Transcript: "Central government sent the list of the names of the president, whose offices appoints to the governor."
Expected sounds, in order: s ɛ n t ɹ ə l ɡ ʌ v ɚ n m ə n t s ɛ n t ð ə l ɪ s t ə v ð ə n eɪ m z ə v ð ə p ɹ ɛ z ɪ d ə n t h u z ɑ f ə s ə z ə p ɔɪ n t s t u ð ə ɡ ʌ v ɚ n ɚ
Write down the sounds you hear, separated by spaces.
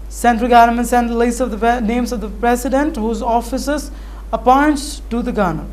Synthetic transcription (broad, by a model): s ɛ n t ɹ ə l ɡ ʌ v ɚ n m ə n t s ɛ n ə l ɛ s ə v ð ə n eɪ m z ə v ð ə p ɹ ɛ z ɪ d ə n t h u z ɑ f ə s ə z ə p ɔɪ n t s t u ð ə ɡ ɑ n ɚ